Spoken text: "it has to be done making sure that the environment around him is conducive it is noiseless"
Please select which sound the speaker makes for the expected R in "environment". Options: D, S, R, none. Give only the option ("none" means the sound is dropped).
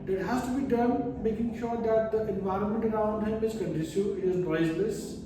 R